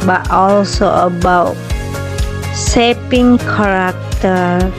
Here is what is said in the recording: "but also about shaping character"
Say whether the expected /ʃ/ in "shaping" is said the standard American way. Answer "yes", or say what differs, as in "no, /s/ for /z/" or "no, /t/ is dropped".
no, /s/ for /ʃ/